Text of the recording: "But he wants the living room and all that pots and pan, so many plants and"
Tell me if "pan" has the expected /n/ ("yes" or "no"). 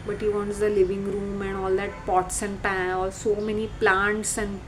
no